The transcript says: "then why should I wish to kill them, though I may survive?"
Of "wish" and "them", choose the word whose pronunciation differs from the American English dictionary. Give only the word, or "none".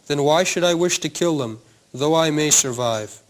none